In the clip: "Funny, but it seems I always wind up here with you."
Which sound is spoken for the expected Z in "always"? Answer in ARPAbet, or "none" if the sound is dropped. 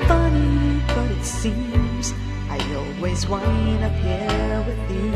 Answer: Z